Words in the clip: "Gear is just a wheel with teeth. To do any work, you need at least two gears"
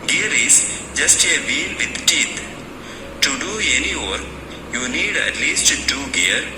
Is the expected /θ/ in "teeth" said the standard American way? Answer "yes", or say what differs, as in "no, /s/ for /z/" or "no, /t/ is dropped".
no, /t/ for /θ/